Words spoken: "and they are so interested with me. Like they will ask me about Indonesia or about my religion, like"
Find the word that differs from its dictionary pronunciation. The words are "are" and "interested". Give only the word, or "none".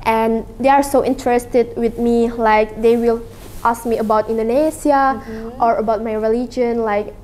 none